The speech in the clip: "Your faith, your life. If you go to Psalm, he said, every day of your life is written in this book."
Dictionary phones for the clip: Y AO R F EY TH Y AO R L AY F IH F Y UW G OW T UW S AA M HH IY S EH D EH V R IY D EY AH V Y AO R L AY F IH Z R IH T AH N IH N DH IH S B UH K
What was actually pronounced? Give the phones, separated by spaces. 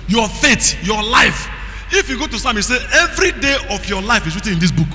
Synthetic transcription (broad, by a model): Y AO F EY T Y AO L AY F IH F Y UW G OW T UW S AA M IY S EH EH V R IY D EY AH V Y AO L AY F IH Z R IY T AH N IH N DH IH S B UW K